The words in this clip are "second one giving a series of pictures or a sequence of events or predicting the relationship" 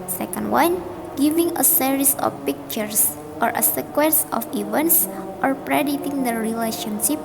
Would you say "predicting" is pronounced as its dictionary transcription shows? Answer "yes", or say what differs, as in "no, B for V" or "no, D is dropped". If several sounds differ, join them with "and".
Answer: no, K is dropped